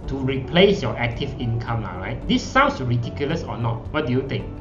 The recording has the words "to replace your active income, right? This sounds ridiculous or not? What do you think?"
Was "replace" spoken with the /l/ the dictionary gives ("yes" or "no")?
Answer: yes